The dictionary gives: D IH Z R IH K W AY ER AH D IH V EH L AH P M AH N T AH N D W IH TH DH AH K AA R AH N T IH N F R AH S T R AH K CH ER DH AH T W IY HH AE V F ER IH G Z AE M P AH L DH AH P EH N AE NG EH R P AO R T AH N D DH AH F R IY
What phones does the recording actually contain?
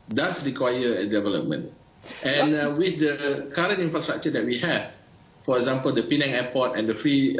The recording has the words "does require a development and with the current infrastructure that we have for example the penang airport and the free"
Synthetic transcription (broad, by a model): D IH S R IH K W AY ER AH D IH V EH L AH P M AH N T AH N W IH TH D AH K AA R AH N T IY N F R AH S T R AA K CH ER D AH T W IY HH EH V F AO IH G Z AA M P AH L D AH P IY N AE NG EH P AO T AH N D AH F R IY